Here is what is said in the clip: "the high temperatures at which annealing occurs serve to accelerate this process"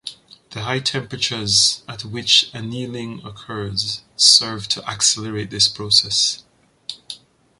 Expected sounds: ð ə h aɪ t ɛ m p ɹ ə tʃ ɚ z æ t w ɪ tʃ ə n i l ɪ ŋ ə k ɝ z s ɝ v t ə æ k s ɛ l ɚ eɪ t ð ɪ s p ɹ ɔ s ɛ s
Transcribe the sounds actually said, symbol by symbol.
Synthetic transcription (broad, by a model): ð ə h aɪ t ɛ m p ɹ ə tʃ ɚ z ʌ t w ɪ tʃ ə n i l ɪ ŋ ə k ɝ z s ɝ v t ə æ k s ɛ l ɚ eɪ t ð ɪ s p ɹ ɔ s ɛ s